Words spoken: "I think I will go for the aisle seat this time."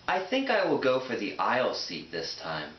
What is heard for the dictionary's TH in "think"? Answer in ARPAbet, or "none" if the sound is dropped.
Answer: TH